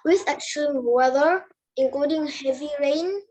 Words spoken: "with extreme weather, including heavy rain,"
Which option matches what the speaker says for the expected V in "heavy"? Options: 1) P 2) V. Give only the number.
2